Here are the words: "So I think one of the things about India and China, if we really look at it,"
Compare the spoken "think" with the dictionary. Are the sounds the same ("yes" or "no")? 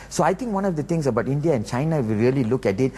no